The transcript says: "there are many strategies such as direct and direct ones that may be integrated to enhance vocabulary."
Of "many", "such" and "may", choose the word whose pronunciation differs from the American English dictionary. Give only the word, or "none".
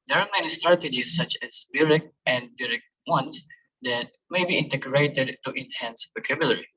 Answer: none